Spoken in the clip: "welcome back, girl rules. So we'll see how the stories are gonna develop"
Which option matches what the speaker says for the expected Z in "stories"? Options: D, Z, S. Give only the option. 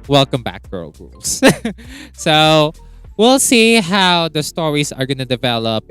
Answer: S